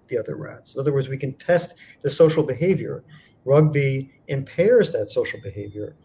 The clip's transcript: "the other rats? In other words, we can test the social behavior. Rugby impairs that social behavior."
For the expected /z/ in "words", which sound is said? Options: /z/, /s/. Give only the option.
/z/